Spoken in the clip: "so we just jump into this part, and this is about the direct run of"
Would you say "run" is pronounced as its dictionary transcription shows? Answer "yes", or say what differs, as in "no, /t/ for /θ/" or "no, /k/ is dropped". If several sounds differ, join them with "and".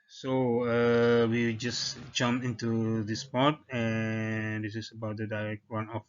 no, /w/ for /ɹ/